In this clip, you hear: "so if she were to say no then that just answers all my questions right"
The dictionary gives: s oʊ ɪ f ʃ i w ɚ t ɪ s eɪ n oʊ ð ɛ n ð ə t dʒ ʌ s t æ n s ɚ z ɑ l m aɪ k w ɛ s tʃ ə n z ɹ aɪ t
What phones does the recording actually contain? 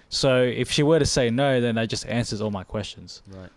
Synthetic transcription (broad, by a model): s oʊ ɪ f ʃ i w ɚ t ɪ s eɪ n oʊ ð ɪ n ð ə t dʒ ʌ s t æ n s ɚ z ɑ l m aɪ k w ɛ s tʃ ə n z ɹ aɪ